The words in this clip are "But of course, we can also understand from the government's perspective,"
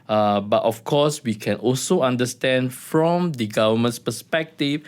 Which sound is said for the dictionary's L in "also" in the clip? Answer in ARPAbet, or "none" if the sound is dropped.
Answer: L